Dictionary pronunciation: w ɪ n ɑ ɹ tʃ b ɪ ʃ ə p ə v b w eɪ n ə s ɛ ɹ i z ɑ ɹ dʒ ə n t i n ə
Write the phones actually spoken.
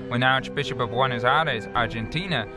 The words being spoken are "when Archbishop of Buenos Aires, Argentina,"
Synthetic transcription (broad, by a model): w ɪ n ɑ ɹ tʃ b ɪ ʃ ə p ə v w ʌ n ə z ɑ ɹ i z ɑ ɹ dʒ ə n t i n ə